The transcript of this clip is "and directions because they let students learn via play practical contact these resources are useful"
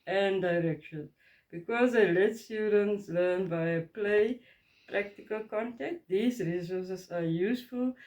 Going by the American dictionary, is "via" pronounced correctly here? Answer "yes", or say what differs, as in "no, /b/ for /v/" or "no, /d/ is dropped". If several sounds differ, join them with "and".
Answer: no, /b/ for /v/